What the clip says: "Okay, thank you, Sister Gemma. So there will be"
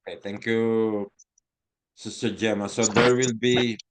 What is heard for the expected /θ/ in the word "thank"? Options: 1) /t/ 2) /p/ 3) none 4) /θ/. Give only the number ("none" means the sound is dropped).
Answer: 1